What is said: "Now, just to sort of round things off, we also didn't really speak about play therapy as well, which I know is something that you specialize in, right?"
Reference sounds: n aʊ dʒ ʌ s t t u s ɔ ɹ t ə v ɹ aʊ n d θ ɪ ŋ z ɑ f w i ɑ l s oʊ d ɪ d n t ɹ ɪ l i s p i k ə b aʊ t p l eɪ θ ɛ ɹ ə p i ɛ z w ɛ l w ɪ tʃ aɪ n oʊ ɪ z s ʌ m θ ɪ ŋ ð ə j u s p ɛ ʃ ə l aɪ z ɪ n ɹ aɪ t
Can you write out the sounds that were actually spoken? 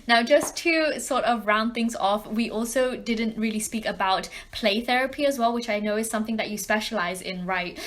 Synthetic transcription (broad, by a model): n aʊ dʒ ʌ s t t u s ɔ ɹ t ə v ɹ aʊ n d θ ɪ ŋ z ɑ f w i ɑ l s oʊ d ɪ d n t ɹ ɪ l i s p i k ə b aʊ t p l eɪ θ ɛ ɹ ə p i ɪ z w ɛ l w ɪ tʃ aɪ n oʊ ɪ z s ʌ m θ ɪ ŋ ð ə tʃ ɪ s p ɛ ʃ ə l aɪ z ɪ n ɹ aɪ t